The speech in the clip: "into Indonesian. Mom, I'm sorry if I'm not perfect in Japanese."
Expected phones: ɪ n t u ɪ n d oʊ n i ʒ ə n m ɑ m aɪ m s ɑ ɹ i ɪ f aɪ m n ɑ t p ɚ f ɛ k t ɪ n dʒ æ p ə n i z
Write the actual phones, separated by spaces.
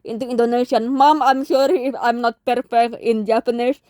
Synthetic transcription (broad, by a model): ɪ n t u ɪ n d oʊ n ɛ ʃ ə n m ɑ m aɪ m ʃ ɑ ɹ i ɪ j m n ɑ t p ɚ f ɛ k t ɪ n dʒ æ p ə n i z